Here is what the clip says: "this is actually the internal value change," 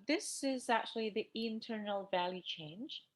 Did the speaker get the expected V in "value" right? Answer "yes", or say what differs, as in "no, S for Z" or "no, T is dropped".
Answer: yes